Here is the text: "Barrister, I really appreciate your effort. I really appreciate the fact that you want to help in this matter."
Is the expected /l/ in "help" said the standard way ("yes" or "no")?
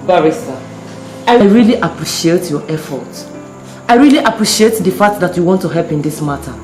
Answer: yes